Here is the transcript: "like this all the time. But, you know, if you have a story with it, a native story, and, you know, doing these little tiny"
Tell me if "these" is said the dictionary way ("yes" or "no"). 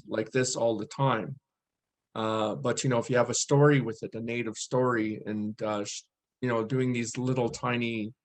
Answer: yes